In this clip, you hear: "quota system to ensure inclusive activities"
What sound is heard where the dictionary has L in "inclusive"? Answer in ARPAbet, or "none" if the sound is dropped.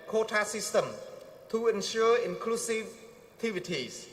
L